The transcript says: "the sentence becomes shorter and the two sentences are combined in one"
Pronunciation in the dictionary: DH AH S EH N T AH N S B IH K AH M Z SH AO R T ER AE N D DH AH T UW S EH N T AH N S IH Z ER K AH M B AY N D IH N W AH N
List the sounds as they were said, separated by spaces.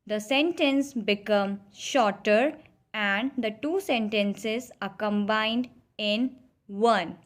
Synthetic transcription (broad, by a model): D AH S EH N T AH N S B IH K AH M SH AO R T ER AE N D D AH T UW S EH N T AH N S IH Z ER K AH M B AY N D IH N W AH N